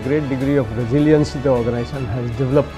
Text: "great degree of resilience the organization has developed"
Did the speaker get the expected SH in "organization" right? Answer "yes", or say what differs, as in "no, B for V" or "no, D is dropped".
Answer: no, S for SH